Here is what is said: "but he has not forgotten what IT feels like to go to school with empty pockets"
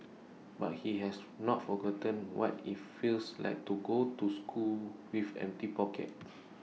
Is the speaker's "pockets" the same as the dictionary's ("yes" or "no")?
no